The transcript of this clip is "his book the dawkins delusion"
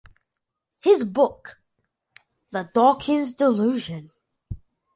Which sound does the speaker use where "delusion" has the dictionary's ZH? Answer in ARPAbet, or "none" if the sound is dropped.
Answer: ZH